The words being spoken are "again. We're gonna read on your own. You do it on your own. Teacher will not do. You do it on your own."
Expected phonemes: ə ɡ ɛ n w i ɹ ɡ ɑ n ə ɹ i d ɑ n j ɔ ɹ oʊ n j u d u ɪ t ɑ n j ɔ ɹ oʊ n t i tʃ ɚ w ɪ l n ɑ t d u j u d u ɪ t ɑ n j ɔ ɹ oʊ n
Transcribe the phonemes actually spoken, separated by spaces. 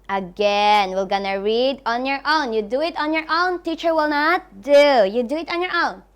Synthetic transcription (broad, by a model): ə ɡ ɛ n w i l ɡ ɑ n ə ɹ i d ɑ n j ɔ ɹ oʊ n j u d u ɪ t ɑ n j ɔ ɹ oʊ n t i tʃ ɚ w ɪ l n ɑ t d u j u d u ɪ t ɑ n j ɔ ɹ oʊ n